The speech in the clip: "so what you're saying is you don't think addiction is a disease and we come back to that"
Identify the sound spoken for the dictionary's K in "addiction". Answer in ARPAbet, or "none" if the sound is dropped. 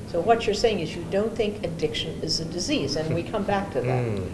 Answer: K